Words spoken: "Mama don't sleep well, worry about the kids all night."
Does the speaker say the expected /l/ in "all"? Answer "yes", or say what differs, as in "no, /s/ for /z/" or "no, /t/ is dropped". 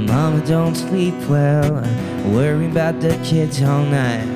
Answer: yes